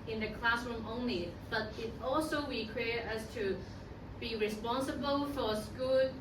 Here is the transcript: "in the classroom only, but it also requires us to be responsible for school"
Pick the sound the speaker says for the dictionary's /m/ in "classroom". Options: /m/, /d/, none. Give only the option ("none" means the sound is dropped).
/m/